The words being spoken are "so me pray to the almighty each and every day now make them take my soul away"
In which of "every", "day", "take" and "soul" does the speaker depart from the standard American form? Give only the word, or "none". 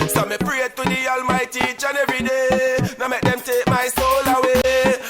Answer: every